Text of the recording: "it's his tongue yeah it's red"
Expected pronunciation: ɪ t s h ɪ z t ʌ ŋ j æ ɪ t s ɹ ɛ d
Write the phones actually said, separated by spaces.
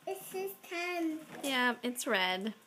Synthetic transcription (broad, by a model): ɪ t s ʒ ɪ s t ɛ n j æ ɪ t s ɹ ɛ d